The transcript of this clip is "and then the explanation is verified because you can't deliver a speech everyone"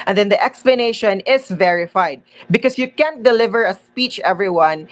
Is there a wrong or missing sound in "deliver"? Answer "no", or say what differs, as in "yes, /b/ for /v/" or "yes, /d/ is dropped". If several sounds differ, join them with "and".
no